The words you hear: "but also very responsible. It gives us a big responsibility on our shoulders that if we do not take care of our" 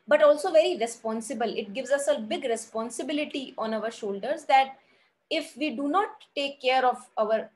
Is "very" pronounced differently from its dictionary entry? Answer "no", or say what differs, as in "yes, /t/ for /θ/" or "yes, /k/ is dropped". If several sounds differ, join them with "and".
no